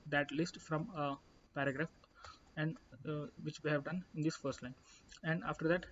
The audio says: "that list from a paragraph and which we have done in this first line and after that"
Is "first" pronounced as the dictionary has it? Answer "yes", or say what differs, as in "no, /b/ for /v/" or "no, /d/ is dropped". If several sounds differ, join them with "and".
yes